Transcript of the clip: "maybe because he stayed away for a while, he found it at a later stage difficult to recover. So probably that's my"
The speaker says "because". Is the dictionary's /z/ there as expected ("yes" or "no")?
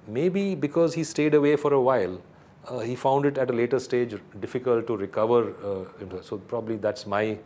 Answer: yes